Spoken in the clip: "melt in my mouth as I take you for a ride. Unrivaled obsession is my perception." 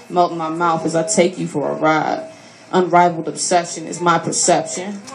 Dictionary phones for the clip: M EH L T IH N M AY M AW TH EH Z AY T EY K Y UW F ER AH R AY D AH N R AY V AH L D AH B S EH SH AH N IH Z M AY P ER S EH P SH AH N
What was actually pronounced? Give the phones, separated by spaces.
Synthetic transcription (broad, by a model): M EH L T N M AY M AW TH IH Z AY T EY K Y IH F ER AH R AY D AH N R AY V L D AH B S EH SH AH N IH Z M AY P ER S EH P SH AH N